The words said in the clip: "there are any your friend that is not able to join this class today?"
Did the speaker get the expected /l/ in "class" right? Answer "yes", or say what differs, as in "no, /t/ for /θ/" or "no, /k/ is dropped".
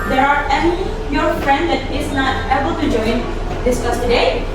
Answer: no, /l/ is dropped